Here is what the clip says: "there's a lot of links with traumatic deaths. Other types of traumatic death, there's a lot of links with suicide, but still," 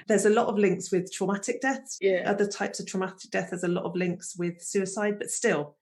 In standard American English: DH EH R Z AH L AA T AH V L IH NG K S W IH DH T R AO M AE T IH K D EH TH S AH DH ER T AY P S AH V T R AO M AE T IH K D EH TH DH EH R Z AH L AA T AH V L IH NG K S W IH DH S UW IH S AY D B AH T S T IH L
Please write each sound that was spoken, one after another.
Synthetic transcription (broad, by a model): DH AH Z AH L AA T AH V L IH NG K S W IH DH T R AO M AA T IH K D EH TH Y AH DH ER T AY P S AH V T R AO M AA T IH K D EH TH DH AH Z AH L AA T AH V L IH NG K S W IH DH S UW IH S AY D B AH T S T IH L